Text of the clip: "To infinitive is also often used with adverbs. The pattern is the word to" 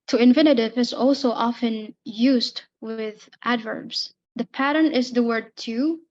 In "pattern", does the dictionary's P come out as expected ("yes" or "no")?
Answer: yes